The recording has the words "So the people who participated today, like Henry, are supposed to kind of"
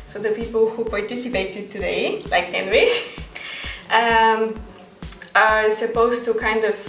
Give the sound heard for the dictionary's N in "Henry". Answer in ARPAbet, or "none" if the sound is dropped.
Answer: N